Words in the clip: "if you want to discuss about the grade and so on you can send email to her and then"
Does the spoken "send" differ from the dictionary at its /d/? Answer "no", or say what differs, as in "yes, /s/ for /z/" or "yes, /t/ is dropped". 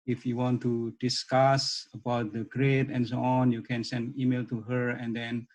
no